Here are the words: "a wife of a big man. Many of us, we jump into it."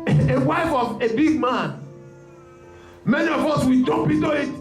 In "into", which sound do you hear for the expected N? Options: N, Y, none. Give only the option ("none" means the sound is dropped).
none